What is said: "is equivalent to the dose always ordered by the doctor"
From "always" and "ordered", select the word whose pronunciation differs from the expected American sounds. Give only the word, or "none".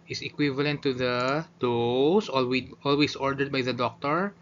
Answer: always